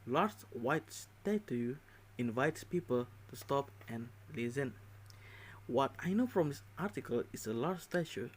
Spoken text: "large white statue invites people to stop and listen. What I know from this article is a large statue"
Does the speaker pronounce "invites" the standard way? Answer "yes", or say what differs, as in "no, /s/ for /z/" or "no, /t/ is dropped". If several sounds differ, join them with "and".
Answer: yes